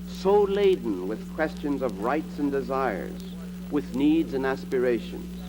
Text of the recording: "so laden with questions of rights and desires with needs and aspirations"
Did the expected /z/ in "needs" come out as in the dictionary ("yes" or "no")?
yes